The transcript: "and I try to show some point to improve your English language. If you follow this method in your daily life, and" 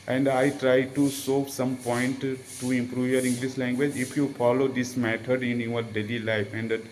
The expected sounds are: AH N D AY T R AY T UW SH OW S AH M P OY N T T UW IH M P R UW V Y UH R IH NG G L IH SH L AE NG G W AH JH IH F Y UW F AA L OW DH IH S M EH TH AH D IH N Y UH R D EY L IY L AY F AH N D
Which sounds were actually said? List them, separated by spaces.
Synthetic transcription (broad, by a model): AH N D AY T R AY T UW S OW S AH M P OY N T T UW IH M P R UW V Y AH R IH NG G L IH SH L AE NG G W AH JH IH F Y UW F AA L OW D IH S M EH T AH D IH N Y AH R D EY L IY L AY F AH N D